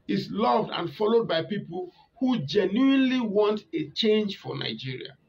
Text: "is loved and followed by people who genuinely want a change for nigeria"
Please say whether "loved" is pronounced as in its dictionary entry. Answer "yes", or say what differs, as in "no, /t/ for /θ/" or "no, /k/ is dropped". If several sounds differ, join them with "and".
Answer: yes